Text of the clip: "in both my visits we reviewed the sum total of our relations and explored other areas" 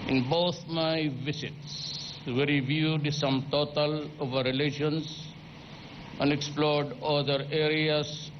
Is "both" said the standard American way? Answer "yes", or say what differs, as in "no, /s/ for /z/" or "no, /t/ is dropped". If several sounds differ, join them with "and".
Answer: no, /t/ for /θ/